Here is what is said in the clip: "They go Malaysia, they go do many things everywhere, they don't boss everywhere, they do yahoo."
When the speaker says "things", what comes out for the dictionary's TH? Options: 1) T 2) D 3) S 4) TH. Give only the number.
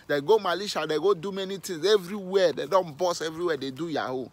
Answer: 1